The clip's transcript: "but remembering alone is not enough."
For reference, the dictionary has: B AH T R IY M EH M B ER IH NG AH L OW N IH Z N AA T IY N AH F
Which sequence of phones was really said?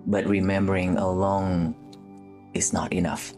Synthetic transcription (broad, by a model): B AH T R IY M EH M B ER IH NG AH L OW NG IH S N AA T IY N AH F